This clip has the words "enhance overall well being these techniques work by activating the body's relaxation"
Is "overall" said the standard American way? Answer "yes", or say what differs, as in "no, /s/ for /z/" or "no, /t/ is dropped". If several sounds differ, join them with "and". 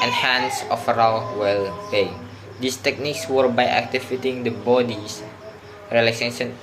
no, /f/ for /v/